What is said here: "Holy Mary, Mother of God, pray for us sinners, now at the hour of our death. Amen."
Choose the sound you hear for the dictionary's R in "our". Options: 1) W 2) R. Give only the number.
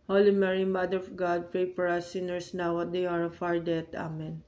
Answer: 1